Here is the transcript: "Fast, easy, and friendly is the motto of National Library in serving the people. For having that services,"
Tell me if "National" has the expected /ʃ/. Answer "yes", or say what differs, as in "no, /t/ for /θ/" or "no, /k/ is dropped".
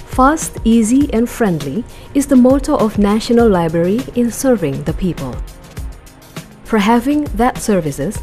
yes